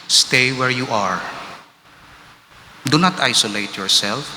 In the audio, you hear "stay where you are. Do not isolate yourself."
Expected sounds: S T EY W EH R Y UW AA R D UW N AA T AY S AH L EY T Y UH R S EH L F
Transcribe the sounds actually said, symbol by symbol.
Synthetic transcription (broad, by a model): S T EY W EH R Y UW AA R D UW N AA T AY S AH L EY T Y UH R S EH L F